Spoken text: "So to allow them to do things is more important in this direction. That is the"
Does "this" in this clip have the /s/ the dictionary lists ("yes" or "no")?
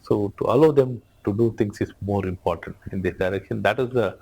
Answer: no